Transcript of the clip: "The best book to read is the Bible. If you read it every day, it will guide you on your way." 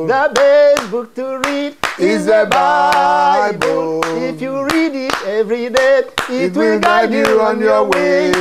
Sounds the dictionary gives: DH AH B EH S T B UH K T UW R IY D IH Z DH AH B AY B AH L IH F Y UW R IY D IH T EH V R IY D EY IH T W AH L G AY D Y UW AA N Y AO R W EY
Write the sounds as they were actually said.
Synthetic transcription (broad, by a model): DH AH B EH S B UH K T UW R IY D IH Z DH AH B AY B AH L IH F Y UW R IY D IH T EH V R IY D EY IH T W L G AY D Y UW AA N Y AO W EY